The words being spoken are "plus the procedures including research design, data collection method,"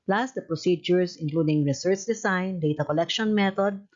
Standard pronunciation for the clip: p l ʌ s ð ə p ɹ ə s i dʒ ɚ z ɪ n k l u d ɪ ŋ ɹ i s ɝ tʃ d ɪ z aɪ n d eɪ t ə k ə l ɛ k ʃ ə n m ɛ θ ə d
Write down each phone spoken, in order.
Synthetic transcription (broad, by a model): p l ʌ s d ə p ɹ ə s i dʒ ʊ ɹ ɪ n k l u d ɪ ŋ ɹ i s ɝ tʃ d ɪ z aɪ n d eɪ t ə k ə l ɛ k ʃ ə n m ɛ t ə d